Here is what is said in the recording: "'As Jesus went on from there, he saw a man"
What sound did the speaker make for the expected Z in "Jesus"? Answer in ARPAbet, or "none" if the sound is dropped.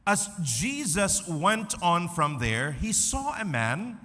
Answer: Z